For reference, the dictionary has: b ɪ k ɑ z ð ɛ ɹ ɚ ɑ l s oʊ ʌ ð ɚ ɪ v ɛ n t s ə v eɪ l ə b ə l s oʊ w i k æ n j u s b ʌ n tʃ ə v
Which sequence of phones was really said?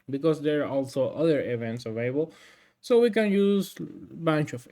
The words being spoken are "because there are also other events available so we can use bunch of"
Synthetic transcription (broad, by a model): b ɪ k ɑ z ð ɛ ɹ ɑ l s oʊ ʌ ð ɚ ɪ v ɛ n t s ə v eɪ l ə b ə l s oʊ w i k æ n j u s b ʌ n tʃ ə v